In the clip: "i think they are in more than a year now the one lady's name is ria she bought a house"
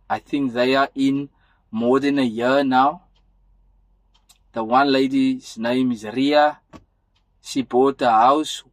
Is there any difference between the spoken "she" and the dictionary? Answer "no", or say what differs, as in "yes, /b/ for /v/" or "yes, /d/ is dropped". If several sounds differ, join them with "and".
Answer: yes, /s/ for /ʃ/